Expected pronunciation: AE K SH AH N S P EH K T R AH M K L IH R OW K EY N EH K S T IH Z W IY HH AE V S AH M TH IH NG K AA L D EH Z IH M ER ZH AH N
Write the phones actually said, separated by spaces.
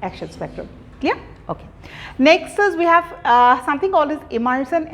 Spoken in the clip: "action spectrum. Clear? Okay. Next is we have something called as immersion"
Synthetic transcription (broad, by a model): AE K SH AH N S P EH K T R AH M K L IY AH OW K EY N EH K S T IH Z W IY HH AE V S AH M T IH NG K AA L IH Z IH M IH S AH N